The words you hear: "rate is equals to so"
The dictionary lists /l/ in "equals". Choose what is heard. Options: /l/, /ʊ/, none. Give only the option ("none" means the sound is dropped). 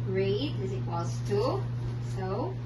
none